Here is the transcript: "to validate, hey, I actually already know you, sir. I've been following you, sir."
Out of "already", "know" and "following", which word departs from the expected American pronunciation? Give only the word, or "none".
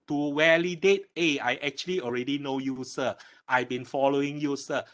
none